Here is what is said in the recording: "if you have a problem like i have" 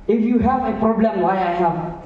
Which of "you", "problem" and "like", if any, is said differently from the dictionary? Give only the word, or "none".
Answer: like